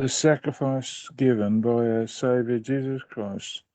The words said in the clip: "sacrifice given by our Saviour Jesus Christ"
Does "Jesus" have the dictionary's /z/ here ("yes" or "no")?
yes